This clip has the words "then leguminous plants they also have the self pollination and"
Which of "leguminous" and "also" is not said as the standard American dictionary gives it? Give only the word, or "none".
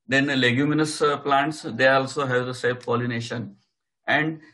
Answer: none